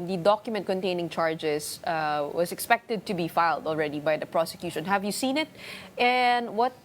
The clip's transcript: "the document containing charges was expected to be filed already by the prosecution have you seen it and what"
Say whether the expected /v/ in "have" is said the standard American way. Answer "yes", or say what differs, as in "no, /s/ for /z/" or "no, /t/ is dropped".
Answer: yes